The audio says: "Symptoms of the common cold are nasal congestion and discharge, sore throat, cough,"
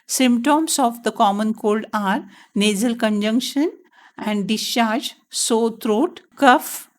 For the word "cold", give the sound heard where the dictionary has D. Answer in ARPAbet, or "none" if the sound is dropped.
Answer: D